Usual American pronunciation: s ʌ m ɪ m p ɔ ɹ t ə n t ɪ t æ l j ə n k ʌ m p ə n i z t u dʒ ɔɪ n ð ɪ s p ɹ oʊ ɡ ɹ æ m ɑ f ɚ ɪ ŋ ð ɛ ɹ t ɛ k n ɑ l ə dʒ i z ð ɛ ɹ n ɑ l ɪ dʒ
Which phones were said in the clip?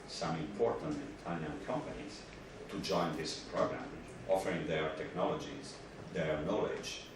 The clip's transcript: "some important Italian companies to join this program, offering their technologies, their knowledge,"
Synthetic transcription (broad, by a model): s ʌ m ɪ m p ɔ ɹ t ə n t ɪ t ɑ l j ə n k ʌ m p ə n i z t u dʒ ɔɪ n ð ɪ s p ɹ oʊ ɡ ɹ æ m ɑ f ɚ ɪ ŋ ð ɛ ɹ t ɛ k n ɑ l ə dʒ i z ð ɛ ɹ n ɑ l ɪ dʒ